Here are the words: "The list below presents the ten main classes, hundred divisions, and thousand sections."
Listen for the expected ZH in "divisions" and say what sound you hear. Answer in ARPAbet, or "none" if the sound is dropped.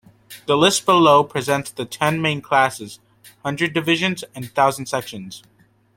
ZH